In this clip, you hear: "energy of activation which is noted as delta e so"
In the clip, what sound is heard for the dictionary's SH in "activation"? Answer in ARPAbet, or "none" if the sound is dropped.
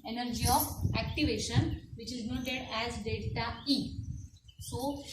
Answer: SH